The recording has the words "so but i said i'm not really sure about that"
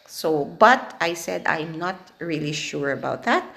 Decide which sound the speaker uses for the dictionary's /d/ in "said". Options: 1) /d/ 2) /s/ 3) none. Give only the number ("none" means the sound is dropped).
1